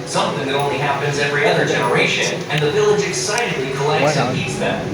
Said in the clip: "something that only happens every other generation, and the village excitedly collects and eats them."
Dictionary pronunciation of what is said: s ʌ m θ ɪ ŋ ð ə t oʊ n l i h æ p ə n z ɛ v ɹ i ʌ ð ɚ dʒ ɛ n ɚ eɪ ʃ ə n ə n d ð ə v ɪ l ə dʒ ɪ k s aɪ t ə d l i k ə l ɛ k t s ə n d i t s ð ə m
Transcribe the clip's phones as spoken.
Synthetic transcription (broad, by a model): s ʌ m θ ɪ ŋ ð ə t oʊ n l i h æ p ə n z ɛ v ɹ i ʌ ð ɚ dʒ ɛ n ɚ eɪ ʃ ə n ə n ð ə v ɪ l ə dʒ ɪ k s aɪ t ə d l i k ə l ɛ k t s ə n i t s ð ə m